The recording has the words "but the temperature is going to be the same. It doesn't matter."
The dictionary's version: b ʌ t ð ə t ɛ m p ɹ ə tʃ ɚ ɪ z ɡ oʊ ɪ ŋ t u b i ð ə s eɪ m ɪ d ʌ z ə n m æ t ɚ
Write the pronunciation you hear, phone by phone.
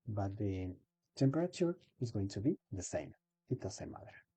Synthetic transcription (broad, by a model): b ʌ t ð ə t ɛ m p ɹ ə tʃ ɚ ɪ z ɡ oʊ ɪ ŋ t u b i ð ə s eɪ m ɪ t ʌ s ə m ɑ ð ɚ